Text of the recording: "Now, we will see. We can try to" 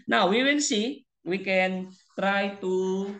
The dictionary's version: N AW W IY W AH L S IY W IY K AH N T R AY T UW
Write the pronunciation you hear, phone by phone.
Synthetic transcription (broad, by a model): N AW W IY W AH N S IY W IY K AH N T R AY T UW